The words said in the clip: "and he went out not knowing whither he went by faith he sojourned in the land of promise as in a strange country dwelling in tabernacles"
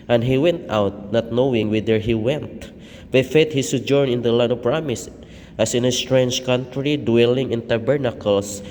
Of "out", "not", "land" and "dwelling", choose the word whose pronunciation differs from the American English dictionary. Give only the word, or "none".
land